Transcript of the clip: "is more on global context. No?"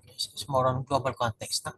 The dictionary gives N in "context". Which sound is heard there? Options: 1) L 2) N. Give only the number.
2